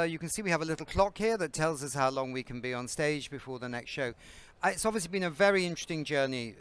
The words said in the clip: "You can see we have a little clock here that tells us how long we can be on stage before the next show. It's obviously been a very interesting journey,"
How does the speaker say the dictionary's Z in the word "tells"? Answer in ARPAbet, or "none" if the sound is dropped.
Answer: Z